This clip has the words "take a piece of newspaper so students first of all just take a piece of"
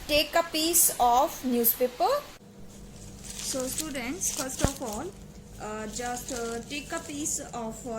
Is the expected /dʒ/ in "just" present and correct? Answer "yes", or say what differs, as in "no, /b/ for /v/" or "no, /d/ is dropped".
yes